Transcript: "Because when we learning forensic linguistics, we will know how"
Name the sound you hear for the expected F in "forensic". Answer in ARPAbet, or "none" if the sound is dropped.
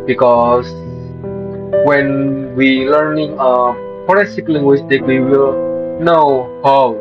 P